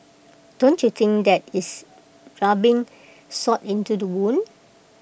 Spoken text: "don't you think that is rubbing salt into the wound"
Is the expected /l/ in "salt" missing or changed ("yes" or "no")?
yes